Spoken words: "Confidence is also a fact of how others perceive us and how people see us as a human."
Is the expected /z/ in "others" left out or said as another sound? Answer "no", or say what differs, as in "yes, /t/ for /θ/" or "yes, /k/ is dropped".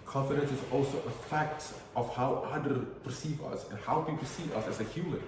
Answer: yes, /z/ is dropped